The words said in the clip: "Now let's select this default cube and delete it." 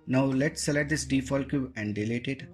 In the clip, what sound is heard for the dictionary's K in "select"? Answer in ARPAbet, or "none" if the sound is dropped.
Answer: none